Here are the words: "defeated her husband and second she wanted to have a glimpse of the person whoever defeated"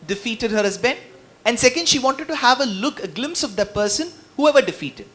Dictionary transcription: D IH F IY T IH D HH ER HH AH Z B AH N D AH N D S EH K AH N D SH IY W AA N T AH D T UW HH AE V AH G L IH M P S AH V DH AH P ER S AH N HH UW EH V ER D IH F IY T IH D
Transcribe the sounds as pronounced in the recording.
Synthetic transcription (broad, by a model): D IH F IY T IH D HH ER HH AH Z B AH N AH N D S EH K AH N D SH IY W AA N T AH D T UW HH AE V AH G L IH M P S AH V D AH P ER S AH N HH UW EH V ER D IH F IY T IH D